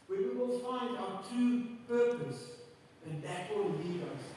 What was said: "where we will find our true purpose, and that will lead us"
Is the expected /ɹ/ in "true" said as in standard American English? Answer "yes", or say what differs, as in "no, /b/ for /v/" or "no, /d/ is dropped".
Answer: no, /ɹ/ is dropped